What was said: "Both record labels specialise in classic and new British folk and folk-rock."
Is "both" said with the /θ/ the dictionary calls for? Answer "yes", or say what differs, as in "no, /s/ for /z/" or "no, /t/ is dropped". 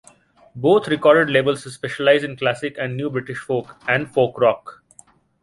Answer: no, /t/ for /θ/